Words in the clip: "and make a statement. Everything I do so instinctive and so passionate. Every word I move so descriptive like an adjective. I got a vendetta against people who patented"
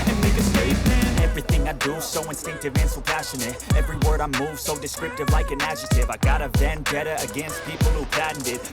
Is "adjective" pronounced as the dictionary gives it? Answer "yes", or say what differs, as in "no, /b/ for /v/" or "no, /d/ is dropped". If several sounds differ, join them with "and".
no, /k/ is dropped